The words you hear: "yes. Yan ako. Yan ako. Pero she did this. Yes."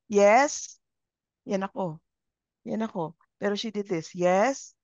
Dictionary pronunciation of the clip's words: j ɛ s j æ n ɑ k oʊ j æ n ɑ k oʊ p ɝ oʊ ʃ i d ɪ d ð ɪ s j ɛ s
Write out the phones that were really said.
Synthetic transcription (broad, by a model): j ɛ s j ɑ n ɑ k oʊ j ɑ n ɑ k oʊ p ɝ oʊ ʃ i d ɪ d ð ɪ s j ɛ s